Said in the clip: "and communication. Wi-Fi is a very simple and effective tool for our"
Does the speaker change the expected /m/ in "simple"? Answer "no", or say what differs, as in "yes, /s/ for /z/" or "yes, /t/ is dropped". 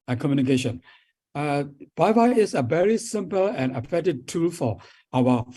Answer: no